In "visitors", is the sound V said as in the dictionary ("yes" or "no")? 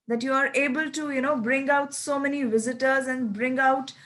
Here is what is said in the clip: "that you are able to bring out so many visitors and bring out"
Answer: yes